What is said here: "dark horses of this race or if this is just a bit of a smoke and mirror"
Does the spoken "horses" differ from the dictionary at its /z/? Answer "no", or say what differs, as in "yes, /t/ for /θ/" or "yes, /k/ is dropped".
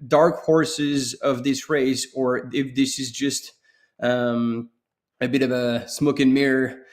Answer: no